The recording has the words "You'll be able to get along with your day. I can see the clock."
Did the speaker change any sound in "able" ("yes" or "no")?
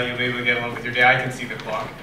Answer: yes